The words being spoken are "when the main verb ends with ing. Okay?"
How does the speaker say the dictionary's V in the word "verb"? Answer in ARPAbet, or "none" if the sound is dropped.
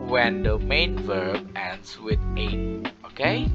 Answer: V